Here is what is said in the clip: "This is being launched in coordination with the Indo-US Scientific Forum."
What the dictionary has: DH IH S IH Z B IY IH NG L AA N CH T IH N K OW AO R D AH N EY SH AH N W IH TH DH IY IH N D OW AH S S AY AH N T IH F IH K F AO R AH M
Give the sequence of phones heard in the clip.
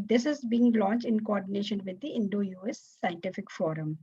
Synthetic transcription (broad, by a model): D IH S IH Z B IY IH NG L AA N CH T IH N K OW AO R D AH N EY SH AH N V IH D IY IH N D OW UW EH S AY AH N T IH F IH K F AO R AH M